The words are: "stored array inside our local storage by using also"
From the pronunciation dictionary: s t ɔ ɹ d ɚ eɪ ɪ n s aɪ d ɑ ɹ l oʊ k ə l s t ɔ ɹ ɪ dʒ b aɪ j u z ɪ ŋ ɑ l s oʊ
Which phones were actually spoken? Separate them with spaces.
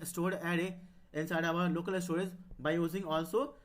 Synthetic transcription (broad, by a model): s t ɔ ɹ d ɚ eɪ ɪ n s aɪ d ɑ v l oʊ k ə l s t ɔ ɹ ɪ z b aɪ j u z ɪ ŋ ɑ l s oʊ